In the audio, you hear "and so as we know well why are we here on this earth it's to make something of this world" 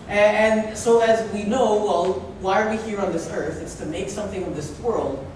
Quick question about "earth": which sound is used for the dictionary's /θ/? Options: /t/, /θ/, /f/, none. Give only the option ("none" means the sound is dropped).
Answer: /θ/